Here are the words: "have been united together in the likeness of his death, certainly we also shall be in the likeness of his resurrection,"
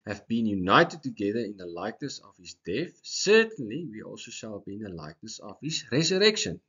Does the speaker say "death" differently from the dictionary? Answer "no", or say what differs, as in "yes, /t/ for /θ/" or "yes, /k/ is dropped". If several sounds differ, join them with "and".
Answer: no